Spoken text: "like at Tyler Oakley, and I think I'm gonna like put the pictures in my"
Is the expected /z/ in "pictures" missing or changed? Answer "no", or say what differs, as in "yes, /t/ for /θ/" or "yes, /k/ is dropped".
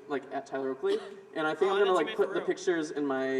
no